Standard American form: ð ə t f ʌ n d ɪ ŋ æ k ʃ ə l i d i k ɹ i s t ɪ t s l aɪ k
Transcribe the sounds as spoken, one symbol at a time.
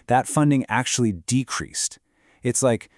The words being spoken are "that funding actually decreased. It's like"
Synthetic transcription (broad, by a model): ð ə t f ʌ n d ɪ ŋ æ k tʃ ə l i d i k ɹ i s t ɪ t s l aɪ k